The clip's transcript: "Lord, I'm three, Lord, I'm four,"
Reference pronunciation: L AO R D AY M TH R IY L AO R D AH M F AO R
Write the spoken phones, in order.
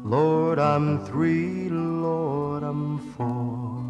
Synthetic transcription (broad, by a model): L AO R D AY M TH R IY L AO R D AH M F AO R